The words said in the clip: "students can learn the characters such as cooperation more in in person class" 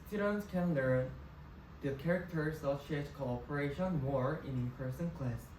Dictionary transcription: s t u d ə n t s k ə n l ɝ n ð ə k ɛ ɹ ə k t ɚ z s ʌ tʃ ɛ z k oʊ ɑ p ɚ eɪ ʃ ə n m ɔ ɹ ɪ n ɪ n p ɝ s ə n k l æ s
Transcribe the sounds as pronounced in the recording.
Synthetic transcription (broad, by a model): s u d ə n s k ə n l ɝ n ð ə k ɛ ɹ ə k t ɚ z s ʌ ʃ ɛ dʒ k oʊ ɑ p ɚ eɪ ʃ ə n m ɔ ɹ ɪ n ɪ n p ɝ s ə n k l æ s